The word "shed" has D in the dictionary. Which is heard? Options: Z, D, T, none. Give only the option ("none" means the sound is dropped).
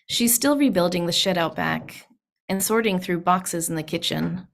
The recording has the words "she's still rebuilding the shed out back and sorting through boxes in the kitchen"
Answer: D